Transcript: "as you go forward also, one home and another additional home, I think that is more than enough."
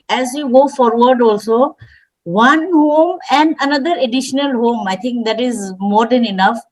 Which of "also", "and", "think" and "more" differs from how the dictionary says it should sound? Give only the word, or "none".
think